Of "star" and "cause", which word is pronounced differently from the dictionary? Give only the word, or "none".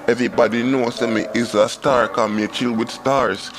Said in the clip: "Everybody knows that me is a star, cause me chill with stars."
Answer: cause